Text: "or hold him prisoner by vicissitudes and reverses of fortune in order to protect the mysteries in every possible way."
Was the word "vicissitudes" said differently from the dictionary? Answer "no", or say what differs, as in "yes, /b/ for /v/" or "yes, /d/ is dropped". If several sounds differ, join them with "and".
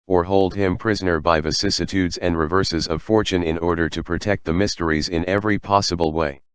no